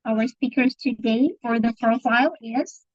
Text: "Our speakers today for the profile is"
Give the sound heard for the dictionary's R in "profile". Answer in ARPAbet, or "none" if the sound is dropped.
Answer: none